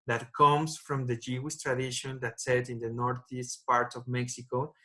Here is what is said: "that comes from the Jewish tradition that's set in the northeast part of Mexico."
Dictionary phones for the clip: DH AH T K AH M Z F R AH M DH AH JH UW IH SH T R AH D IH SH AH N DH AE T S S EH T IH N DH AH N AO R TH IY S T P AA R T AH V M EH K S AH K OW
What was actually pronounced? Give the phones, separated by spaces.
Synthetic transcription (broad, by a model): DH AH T K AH M S F R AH M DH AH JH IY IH S T R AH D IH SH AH N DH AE T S S EH T IH N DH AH N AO R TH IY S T P AA R T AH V M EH K S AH K OW